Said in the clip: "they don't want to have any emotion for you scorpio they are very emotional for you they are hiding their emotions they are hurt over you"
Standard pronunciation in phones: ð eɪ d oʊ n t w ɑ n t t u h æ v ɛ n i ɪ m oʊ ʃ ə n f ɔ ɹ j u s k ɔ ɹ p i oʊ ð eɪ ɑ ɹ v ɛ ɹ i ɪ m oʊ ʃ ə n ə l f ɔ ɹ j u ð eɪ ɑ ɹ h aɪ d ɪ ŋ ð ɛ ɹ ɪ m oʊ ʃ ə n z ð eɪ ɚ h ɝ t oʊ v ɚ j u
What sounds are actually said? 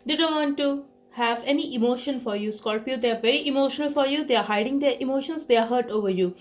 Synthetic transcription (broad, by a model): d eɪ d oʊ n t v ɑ n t t u h æ v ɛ n i ɪ m oʊ ʃ ə n f ɔ ɹ j u s k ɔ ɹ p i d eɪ ɑ ɹ v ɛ ɹ i ɪ m oʊ ʃ ə n ə l f ɔ ɹ j u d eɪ ɑ ɹ h aɪ d ɪ ŋ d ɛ ɹ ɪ m oʊ ʃ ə n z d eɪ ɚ h ɝ t oʊ v ɚ j u